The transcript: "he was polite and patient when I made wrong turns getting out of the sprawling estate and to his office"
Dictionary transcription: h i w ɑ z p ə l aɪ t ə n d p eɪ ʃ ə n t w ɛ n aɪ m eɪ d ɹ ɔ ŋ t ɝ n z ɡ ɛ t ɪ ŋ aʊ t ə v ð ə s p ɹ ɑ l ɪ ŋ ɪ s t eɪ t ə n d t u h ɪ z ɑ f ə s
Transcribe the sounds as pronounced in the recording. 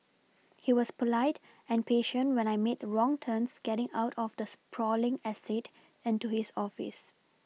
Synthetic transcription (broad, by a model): h i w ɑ s p ə l aɪ t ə n p eɪ ʃ ə n t w ɛ n aɪ m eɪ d ɹ ɔ ŋ t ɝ n s ɡ ɛ t ɪ ŋ aʊ t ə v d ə s p ɹ ɑ l ɪ ŋ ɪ s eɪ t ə n t u h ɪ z ɑ f ə s